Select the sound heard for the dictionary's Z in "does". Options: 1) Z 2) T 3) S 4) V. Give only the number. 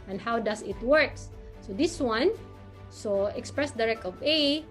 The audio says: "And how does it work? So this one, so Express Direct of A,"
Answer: 3